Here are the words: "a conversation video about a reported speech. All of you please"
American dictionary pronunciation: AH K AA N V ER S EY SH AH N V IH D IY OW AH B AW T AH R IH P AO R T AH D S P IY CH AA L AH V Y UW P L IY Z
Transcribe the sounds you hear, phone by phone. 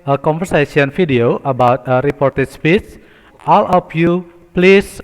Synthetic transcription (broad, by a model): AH K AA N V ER S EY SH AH N F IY D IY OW AH B AW T AH R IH P AO R T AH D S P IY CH AA L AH F Y UW P L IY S